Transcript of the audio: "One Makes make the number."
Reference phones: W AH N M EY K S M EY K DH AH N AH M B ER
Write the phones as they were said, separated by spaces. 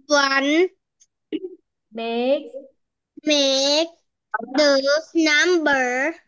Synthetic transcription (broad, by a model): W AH N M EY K M EY K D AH N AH M B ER